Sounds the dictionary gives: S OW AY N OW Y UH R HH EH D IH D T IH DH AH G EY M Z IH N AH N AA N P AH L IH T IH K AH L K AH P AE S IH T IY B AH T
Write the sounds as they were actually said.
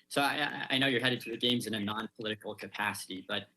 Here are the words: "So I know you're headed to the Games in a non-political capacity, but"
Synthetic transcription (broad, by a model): S OW AY N OW Y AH R HH EH D IH D T IH DH AH G EY M Z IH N AH N AA N P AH L IH T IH K L K AH P AE S IH T IY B AH T